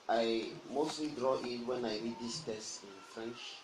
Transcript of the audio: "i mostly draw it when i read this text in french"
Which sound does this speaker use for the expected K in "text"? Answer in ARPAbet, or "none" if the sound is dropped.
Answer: none